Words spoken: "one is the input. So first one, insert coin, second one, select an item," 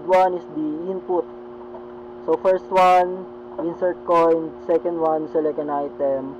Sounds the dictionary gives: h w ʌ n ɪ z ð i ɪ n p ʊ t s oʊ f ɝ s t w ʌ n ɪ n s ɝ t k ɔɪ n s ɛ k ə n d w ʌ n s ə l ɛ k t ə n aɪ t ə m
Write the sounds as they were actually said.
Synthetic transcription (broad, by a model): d w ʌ n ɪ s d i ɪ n p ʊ t s oʊ f ɝ s t w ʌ n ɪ n s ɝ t k ɔɪ n s ɛ k ə n d w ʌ n s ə l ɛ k ə n aɪ t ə m